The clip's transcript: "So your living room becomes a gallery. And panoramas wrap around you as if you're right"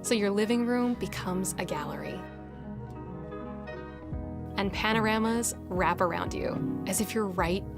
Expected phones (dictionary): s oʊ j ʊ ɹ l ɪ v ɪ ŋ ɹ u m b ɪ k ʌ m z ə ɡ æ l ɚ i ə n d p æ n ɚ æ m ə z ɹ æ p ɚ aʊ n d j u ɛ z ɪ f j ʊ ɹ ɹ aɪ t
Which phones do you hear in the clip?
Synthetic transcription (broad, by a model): s oʊ j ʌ ɹ l ɪ v ɪ ŋ ɹ u m b ɪ k ʌ m z ə ɡ æ l ɚ i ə n p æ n ɚ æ m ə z ɹ æ p ɚ aʊ n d j u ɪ z ɪ f j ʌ ɹ ɹ aɪ t